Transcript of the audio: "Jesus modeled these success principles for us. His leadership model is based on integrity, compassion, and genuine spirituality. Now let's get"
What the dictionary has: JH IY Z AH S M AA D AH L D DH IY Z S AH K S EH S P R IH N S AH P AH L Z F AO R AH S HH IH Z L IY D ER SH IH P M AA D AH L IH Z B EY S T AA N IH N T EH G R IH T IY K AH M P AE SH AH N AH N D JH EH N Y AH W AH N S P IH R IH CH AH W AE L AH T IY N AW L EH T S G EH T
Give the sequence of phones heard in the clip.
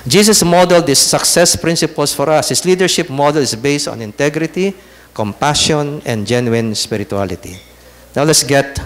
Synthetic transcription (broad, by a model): JH IY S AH S M AA D AH L D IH S AH K S EH S P R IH N S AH P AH L S F AO R AH S HH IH S L IY D ER SH IH P M AA D AH L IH S B EY S T AA N IH N T EH G R IH T IY K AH M P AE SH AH N AH N D JH EH N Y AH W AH N S P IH R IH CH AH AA L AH T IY N AW L EH T S G EH T